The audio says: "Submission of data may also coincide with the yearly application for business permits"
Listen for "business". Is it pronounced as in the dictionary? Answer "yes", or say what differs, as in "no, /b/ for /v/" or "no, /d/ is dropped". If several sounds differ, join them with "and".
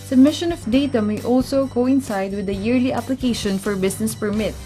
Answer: no, /s/ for /z/